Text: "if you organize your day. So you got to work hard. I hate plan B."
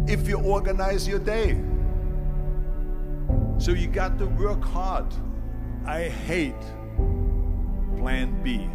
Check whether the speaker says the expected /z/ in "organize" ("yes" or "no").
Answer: yes